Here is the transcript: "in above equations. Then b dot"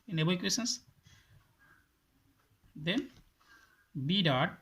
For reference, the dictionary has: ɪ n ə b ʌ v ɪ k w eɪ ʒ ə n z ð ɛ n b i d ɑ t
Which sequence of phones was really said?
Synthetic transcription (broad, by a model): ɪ n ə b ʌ ɪ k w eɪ s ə n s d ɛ n b i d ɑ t